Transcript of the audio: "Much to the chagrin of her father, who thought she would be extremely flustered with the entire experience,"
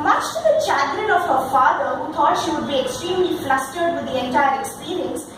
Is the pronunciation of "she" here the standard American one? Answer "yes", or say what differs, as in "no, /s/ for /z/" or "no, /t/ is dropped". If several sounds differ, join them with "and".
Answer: yes